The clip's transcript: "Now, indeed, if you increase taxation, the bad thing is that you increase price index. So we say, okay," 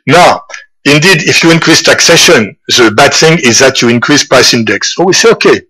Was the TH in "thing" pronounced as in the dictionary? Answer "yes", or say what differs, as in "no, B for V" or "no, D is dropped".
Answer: yes